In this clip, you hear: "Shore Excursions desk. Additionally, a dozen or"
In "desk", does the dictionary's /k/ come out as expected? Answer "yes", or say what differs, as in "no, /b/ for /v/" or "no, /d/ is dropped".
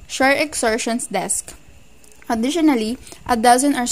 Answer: yes